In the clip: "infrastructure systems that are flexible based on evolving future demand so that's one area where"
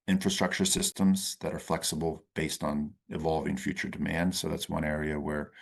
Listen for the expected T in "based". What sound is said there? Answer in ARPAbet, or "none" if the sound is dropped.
T